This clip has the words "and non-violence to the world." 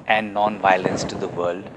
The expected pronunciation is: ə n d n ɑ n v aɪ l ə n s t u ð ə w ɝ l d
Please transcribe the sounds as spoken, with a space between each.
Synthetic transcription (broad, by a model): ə n d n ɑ n v aɪ l ə n s t u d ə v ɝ l d